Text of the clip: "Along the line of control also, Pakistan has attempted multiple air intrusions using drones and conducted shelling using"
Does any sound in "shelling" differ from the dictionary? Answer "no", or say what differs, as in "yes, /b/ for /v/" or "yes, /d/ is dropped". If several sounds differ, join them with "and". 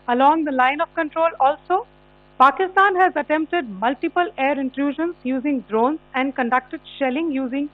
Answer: no